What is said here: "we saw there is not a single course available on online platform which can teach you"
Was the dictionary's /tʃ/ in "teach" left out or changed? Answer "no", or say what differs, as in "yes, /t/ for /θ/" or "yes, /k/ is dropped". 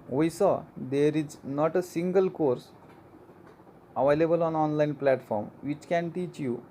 no